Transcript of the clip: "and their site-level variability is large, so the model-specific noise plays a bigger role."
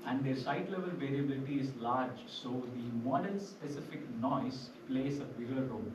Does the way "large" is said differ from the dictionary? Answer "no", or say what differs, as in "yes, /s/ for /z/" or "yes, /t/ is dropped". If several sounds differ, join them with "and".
no